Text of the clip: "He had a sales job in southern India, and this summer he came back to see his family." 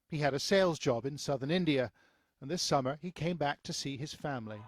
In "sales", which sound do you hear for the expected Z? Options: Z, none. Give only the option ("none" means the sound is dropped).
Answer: Z